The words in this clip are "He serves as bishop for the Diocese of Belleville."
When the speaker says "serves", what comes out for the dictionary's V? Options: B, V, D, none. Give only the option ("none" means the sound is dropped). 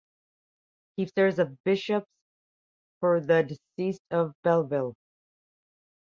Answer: none